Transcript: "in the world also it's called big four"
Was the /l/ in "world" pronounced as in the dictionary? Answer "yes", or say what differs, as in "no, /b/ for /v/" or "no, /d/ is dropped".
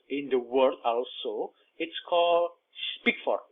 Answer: no, /l/ is dropped